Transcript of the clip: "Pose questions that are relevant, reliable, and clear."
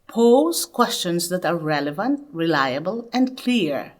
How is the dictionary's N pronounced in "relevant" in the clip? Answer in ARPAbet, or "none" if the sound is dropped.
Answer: N